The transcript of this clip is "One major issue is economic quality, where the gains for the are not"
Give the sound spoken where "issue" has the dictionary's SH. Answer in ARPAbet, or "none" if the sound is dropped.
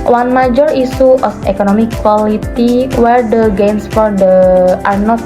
S